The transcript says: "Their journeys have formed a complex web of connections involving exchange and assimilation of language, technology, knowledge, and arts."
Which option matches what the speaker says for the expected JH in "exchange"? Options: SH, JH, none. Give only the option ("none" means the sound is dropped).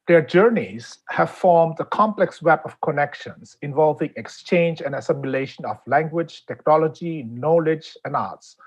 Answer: JH